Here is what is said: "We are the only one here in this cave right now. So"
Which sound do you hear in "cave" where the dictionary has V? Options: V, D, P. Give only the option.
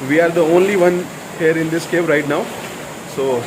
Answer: P